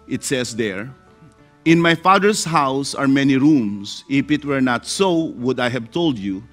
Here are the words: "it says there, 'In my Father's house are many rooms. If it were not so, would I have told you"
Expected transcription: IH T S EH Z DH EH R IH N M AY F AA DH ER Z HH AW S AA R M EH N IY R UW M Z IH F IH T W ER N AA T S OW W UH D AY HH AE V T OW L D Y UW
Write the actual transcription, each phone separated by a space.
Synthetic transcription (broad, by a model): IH T S EH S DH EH R IH N M AY F AA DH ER S HH AW S AA R M EH N IY R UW M S IH F IH T W ER N AA T S OW W UH D AY HH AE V T OW L D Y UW